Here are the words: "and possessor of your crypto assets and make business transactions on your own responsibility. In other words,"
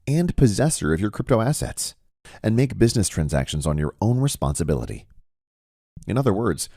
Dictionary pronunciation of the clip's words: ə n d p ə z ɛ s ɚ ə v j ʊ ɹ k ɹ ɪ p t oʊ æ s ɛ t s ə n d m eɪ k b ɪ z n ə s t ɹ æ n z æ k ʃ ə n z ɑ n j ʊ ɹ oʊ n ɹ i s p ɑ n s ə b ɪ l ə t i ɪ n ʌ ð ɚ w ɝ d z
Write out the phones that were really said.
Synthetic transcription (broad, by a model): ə n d p ə z ɛ s ɚ ə v j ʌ ɹ k ɹ ɪ p t oʊ æ s ɛ t s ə n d m eɪ k b ɪ z n ə s t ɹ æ n z æ k ʃ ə n z n j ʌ ɹ oʊ n ɹ i s p ɑ n s ə b ɪ l ə t i ɪ n ʌ ð ɚ w ɝ d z